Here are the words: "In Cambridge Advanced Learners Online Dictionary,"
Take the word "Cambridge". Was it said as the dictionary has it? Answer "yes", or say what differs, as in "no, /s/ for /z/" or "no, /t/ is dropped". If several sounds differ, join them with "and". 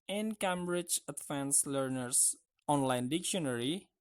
yes